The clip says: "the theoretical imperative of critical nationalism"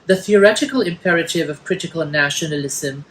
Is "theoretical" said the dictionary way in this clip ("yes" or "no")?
yes